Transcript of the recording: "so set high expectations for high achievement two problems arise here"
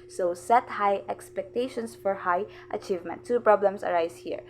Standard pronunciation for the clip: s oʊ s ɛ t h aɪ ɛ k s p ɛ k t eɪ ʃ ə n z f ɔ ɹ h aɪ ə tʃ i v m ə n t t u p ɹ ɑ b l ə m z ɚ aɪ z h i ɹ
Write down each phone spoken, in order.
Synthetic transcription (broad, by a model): s oʊ s ɛ t h aɪ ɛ k s p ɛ k t eɪ ʃ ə n s f ɔ ɹ h aɪ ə tʃ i v m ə n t t u p ɹ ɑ b l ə m s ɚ aɪ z h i ɹ